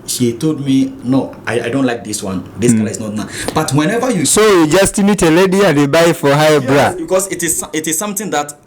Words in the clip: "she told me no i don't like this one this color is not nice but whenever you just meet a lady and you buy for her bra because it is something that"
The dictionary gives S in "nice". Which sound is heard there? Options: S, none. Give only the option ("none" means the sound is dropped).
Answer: none